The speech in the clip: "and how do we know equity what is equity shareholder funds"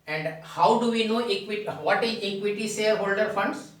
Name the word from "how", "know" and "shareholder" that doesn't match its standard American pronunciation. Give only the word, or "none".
shareholder